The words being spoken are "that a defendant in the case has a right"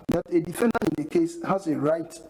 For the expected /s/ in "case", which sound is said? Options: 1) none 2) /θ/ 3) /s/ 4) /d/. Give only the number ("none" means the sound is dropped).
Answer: 3